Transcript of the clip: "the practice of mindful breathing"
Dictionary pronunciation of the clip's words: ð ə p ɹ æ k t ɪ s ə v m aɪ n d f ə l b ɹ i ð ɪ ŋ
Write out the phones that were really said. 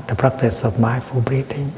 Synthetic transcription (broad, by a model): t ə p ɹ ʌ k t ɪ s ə p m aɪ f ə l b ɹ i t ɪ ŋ